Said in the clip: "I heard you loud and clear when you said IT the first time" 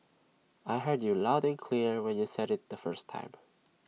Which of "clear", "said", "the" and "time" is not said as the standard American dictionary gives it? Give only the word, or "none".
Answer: none